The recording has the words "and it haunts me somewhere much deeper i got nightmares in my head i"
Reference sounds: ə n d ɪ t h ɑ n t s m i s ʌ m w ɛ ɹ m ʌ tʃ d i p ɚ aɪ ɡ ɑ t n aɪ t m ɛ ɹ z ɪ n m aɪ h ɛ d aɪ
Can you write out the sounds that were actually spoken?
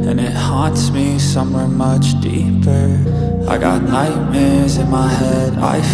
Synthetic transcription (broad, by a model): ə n ɪ t h ɑ n t s m i s ʌ m w ɛ ɹ m ʌ tʃ d i p ɚ aɪ ɡ ɑ t n aɪ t m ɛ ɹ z ɪ n m aɪ h ɛ d aɪ